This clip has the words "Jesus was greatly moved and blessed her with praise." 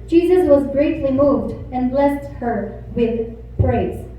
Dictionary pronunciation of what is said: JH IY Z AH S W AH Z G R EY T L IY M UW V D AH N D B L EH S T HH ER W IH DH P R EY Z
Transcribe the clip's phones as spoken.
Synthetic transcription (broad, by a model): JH IY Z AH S W AH Z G R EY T L IY M UW V D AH N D B L EH S T HH ER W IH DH P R EY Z